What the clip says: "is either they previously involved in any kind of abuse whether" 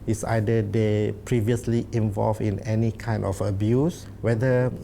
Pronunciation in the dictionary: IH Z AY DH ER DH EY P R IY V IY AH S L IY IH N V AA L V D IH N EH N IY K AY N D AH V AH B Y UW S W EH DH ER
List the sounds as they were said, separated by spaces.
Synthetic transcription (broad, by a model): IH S AY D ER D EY P R IY V IY AH S L IY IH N V AA L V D IH N EH N IY K AY N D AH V AH B Y UW S W EH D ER